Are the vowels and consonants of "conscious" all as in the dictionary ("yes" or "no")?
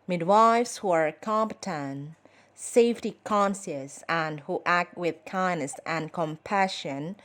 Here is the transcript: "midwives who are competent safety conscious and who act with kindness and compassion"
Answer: no